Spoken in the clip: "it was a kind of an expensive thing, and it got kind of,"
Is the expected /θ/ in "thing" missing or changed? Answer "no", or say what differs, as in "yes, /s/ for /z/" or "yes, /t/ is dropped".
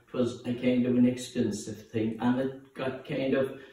no